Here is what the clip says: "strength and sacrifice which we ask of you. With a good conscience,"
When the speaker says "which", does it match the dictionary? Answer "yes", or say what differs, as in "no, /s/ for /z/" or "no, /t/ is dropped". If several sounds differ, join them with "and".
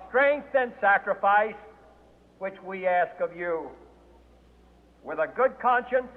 yes